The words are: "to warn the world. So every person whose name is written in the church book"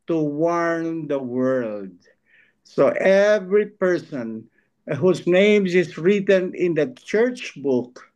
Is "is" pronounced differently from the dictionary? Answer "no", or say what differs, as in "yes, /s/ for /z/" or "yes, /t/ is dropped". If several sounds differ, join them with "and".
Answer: yes, /s/ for /z/